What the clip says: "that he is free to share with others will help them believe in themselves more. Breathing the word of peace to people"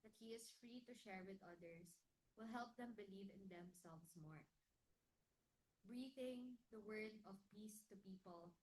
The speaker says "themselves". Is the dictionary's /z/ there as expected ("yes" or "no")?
no